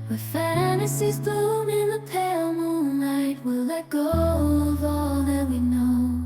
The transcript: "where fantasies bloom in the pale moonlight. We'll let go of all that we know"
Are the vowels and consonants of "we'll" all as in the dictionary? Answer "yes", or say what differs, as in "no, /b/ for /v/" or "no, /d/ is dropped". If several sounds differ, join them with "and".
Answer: yes